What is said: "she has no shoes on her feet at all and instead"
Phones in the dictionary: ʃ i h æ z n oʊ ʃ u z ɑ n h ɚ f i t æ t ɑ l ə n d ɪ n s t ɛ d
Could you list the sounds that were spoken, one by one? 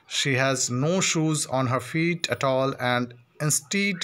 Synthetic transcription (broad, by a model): ʃ i h æ z n oʊ ʃ u z ɑ n h ɚ f i t æ t ɑ l ə n d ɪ n s t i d